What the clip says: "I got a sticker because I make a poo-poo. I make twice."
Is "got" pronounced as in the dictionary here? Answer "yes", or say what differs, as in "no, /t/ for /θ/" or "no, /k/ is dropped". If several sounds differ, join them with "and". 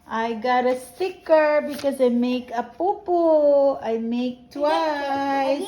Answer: yes